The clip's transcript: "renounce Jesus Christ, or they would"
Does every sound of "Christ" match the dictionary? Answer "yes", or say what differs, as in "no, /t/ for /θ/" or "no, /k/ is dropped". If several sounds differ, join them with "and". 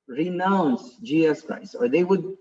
no, /t/ is dropped